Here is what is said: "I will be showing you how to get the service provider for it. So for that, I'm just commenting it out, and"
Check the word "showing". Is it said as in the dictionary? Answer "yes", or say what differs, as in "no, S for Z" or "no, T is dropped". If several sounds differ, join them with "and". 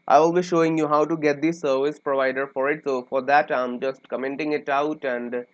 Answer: yes